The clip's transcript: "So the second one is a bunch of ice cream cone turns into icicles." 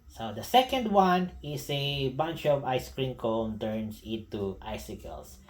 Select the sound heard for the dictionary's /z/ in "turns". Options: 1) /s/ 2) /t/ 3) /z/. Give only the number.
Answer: 1